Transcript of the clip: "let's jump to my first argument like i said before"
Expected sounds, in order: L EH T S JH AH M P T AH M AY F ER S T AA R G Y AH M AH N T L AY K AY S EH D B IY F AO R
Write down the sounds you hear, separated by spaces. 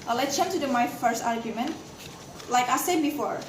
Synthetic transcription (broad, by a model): L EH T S CH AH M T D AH M AY F ER S T AA R G Y AH M AH N T L AY K AY S EH D B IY F AO R